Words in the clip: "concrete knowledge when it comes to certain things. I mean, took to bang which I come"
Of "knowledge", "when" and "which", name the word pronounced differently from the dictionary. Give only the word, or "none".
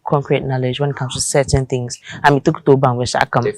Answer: which